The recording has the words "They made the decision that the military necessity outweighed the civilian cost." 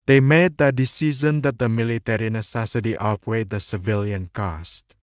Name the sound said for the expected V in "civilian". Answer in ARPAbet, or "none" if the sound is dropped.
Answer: V